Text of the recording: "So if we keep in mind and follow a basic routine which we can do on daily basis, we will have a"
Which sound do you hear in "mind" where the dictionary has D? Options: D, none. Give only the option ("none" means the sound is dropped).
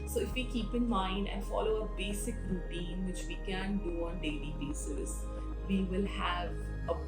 D